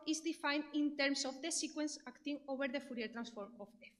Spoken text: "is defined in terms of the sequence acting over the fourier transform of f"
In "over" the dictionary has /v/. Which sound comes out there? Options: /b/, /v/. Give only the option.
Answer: /b/